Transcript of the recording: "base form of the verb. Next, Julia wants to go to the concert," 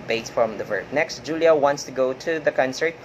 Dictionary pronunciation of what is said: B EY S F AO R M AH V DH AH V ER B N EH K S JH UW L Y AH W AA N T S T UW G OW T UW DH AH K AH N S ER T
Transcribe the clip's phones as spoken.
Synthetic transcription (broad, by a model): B EY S F R AH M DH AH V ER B N EH K S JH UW L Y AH W AA N T S T UW G OW T UW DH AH K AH N S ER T